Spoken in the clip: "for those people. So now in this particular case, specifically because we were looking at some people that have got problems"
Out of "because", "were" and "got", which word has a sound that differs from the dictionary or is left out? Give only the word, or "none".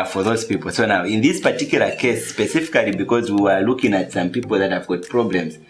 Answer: none